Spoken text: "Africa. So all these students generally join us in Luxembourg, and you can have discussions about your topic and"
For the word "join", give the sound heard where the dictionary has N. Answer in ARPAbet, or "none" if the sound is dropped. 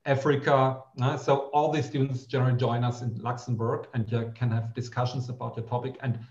N